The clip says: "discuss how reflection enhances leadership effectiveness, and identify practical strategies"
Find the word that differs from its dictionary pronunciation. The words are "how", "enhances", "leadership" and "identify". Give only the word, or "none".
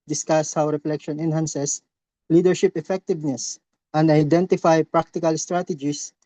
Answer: enhances